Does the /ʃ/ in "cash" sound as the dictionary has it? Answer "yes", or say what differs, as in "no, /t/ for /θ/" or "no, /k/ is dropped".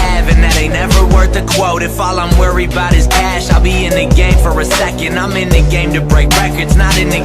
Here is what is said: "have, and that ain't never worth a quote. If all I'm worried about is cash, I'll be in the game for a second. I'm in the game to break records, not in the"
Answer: yes